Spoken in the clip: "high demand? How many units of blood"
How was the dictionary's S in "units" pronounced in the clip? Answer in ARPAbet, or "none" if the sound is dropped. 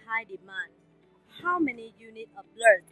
none